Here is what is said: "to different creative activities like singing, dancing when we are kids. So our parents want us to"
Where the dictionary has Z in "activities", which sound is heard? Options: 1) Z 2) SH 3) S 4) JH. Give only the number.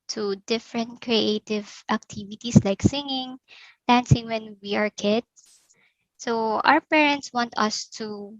3